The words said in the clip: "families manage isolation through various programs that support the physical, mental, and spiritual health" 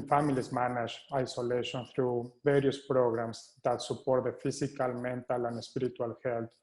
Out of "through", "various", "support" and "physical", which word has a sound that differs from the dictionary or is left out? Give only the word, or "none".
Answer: physical